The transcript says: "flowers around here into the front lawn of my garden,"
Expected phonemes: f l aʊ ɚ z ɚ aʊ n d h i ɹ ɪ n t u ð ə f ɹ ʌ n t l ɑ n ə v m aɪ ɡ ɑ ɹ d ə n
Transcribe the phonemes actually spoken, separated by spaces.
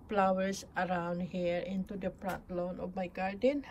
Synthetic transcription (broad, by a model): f l aʊ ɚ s ɚ aʊ n d h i ɹ ɪ n t u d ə p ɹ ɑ t l ɑ n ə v m aɪ ɡ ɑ ɹ d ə n